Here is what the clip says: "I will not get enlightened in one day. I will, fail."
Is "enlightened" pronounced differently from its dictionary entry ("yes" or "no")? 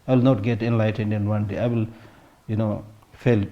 no